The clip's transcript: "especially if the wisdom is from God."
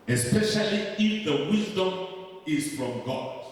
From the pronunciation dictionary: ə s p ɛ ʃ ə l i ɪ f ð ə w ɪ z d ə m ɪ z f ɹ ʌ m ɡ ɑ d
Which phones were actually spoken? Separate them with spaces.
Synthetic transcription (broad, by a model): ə s p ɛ ʃ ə l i ɪ f ð ə w ɪ z d ə m ɪ z f ɹ ʌ m ɡ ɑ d